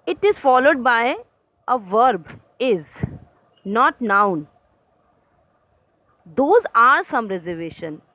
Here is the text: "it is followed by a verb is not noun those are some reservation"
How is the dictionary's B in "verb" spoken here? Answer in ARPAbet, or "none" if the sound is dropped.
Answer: B